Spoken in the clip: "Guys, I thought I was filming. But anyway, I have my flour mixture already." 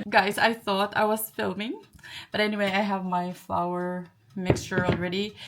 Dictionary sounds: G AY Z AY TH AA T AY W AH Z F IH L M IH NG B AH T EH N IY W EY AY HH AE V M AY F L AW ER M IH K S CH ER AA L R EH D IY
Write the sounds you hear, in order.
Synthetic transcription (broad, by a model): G AY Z AY TH AA T AY W AH Z F IH L M IH NG B AH T EH N IY W EY AY HH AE V M AY F L AW ER M IH K S CH ER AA L R EH D IY